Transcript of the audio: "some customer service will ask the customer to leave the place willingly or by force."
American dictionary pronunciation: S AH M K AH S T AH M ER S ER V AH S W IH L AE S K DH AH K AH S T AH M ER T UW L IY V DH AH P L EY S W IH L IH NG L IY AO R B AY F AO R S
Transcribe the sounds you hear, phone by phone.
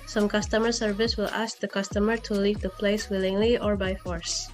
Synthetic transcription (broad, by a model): S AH M K AH S T AH M ER S ER V AH S W IH L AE S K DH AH K AH S T AH M ER T UW L IY V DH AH P L EY S W IH L IH NG L IY AO R B AY F AO R S